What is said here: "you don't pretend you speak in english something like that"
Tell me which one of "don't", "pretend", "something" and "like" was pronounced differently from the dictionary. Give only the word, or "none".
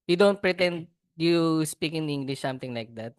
something